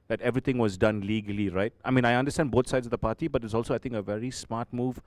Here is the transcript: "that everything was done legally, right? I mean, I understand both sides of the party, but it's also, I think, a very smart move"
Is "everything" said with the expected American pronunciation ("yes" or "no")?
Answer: no